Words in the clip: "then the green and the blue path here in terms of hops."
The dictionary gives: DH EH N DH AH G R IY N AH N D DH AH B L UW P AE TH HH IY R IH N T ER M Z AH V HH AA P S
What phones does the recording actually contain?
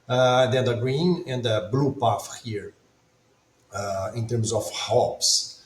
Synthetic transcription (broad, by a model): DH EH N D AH G R IY N AH N D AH B L UW P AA F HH IY R IH N T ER M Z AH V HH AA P S